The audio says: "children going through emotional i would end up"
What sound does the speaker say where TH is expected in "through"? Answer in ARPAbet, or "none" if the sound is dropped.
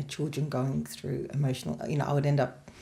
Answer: TH